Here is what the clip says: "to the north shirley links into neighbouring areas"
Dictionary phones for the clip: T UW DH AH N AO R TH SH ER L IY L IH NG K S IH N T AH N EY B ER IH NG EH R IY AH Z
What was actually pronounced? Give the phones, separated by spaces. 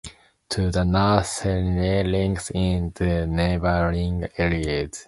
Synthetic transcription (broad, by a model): T UW DH AH N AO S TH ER N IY L IH NG K S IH N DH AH N EY B ER IH NG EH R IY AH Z